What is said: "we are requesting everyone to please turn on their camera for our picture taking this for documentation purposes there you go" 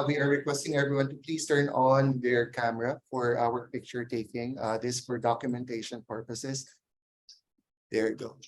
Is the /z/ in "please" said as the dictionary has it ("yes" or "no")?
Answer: no